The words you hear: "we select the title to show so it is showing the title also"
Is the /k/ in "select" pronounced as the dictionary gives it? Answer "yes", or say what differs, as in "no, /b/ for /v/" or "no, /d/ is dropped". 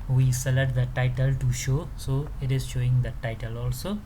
no, /k/ is dropped